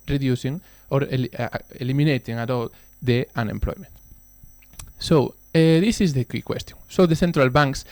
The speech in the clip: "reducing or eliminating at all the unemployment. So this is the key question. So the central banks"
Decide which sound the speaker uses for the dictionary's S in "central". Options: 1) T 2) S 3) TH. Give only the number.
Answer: 3